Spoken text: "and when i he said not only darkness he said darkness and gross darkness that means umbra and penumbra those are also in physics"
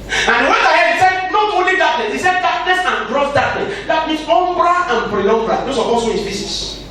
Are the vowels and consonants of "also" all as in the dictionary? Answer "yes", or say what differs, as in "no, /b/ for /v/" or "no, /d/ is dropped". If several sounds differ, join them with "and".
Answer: no, /l/ is dropped